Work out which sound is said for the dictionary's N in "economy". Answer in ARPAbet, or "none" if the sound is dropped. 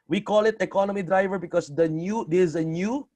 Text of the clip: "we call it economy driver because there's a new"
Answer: N